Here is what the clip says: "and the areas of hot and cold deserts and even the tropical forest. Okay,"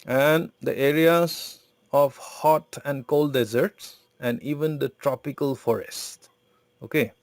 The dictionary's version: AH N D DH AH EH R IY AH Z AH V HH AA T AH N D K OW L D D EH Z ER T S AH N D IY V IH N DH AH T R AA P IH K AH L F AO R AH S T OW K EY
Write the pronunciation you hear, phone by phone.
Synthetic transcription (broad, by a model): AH N D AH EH R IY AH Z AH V HH AA T AH N D K OW L D D EH Z ER T S AH N D IY V IH N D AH T R AA P IH K AH L F AO R AH S T OW K EY